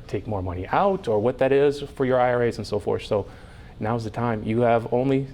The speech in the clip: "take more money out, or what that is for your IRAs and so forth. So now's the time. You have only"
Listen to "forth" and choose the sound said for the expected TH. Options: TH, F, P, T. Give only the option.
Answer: TH